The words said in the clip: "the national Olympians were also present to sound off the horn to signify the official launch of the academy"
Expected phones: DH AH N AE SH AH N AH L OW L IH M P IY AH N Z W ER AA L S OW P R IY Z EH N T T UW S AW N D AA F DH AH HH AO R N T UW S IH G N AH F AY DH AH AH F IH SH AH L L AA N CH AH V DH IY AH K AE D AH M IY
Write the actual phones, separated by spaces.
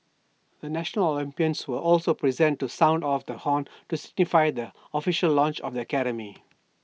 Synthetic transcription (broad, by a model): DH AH N AE SH AH N AH L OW L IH M P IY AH N S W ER AA L S OW P R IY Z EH N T T UW S AW N D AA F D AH HH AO N T UW S IH G N AH F AY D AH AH F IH SH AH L L AA N CH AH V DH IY AH K AE D AH M IY